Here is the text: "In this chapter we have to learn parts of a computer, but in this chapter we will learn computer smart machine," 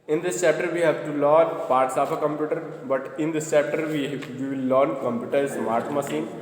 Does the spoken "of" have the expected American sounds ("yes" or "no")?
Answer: no